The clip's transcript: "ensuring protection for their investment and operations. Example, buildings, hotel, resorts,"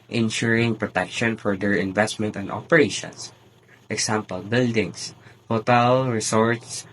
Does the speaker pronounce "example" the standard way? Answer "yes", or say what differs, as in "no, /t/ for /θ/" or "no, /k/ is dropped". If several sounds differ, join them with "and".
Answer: no, /s/ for /z/